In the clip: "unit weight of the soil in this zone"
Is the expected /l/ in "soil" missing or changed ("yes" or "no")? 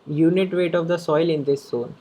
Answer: no